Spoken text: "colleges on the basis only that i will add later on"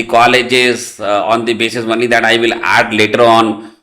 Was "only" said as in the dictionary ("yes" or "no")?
no